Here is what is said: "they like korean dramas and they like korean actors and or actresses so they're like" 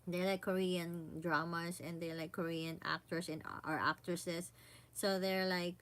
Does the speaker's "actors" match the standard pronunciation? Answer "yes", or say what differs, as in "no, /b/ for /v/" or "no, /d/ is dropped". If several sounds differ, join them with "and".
no, /s/ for /z/